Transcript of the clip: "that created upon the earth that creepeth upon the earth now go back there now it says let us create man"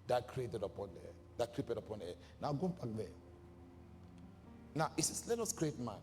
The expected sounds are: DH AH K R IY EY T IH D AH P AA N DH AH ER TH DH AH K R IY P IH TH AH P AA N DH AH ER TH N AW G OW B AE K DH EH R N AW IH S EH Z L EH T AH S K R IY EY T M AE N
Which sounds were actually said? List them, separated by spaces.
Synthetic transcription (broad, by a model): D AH K R IY EY T IH D AH P AA N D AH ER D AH K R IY P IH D AH P AA N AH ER N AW G OW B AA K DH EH N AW IH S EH S L EH T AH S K R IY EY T M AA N